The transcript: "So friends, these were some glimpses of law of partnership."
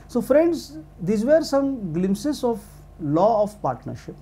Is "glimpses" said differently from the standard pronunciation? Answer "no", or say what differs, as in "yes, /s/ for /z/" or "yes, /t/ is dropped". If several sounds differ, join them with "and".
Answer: yes, /p/ is dropped